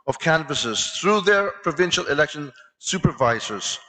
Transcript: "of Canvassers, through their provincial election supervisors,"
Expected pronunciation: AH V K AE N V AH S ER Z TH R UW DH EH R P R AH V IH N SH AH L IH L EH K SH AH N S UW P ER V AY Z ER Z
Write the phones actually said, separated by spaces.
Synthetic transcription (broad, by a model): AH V K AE N V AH S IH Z TH R UW DH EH R P R AH V IH N SH AH L IH L EH K SH AH N S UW P ER V AY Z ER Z